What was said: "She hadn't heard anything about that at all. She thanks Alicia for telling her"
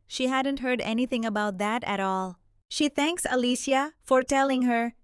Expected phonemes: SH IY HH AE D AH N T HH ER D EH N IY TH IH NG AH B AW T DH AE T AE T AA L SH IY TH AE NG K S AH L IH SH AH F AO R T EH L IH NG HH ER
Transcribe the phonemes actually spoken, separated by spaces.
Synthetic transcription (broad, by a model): SH IY HH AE D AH N T HH ER D EH N IY TH IH NG AH B AW T DH AE T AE T AA L SH IY TH AE NG K S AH L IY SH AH F AO R T EH L IH NG HH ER